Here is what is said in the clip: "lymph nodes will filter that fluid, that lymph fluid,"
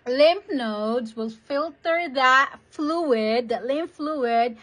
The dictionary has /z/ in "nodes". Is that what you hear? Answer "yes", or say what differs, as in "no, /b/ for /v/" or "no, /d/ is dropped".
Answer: yes